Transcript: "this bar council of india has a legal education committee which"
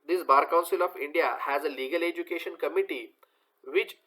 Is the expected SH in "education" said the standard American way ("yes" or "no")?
yes